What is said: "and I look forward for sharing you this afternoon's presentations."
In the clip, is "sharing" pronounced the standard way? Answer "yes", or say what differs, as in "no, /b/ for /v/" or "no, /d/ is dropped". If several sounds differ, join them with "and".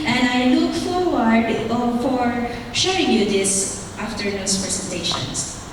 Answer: no, /ɹ/ is dropped